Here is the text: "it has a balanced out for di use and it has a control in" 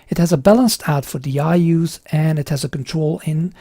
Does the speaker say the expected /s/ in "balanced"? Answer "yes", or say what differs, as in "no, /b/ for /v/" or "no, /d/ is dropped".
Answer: yes